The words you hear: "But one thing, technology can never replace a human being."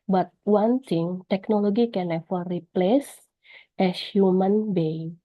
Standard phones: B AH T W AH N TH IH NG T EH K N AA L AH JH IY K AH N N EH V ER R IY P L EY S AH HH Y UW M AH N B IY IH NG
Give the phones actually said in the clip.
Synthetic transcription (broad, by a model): B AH T W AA N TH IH NG T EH K N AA L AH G IY K AH N L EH F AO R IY P L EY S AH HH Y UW M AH N B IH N